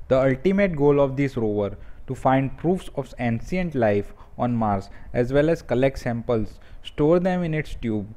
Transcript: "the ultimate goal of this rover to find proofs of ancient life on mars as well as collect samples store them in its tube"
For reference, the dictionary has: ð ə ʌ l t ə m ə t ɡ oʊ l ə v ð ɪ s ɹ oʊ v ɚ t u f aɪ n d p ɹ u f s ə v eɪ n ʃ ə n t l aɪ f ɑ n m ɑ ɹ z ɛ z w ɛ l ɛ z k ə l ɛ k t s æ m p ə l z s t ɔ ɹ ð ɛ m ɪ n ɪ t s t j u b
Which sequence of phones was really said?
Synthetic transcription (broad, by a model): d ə ʌ l t ə m ə t ɡ oʊ l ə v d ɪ s ɹ oʊ v ɚ t u f aɪ n d p ɹ u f s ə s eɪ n s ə n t l aɪ f ɑ n m ɑ ɹ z ɛ z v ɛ l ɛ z k ə l ɛ k t s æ m p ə l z s t ɔ ɹ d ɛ m ɪ n ɪ t s t j u b